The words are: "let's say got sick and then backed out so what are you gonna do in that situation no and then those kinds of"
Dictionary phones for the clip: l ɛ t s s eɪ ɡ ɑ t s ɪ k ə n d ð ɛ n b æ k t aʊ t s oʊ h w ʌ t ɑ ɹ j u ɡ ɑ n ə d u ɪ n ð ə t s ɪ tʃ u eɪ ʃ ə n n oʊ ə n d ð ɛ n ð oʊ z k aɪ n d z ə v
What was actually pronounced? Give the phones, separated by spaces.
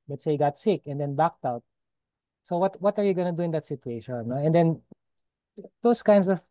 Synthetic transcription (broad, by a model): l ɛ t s s eɪ ɡ ɑ t s ɪ k ə n d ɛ n b æ k t aʊ t s oʊ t w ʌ t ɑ ɹ j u ɡ ɑ n ə d u ɪ n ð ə t s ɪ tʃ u eɪ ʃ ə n n oʊ ə n d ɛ n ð oʊ s k aɪ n d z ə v